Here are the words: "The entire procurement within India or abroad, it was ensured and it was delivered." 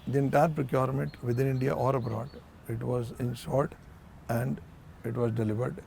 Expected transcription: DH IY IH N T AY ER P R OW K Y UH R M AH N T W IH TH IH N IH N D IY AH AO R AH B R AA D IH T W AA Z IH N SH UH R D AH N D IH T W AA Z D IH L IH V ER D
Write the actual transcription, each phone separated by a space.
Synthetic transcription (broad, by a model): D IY IH N T AY ER P R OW K Y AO R M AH N T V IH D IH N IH N D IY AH AO R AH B R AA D IH T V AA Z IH N S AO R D AH N D IH T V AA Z D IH L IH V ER D